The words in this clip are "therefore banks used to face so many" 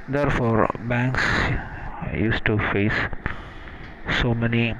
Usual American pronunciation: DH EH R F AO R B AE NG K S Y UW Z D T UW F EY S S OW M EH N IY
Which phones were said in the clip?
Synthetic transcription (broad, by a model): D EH R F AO R B AE NG K S Y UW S T UW F EY S S OW M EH N IY